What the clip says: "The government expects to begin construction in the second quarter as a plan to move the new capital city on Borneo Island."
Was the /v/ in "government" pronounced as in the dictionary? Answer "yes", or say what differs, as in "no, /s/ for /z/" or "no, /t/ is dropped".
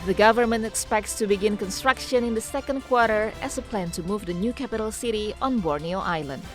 yes